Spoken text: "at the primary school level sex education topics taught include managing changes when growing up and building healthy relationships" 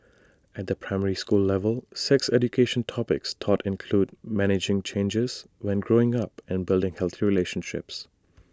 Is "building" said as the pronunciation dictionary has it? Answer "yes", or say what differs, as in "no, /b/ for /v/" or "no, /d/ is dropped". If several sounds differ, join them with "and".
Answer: yes